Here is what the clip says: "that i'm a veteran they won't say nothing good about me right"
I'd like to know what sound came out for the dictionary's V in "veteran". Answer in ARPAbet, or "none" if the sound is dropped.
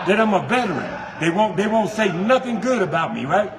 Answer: B